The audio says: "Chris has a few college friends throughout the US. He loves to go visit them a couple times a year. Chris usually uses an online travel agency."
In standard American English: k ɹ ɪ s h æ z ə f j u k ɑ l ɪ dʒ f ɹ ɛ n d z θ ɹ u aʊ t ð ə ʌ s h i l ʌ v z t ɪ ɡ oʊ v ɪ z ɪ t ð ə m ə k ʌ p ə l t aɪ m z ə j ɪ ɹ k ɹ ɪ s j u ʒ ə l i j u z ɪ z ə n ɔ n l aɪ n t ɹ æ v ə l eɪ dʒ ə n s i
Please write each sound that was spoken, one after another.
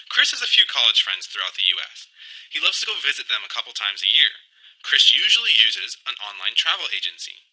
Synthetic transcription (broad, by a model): k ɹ ɪ s h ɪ z ə f j u k ɑ l ɪ dʒ f ɹ ɛ n d z θ ɹ u aʊ t ð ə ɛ s h i l ʌ v z t ɪ ɡ oʊ v ɪ z ɪ t ð ə m ə k ʌ p l t aɪ m z ə j ɪ ɹ k ɹ ɪ s j u ʒ l i j u z ɪ z ə n ɔ n l aɪ n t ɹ æ v l eɪ dʒ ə n s i